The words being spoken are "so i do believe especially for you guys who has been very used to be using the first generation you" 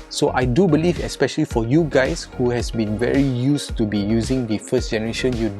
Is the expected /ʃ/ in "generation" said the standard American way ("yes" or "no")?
yes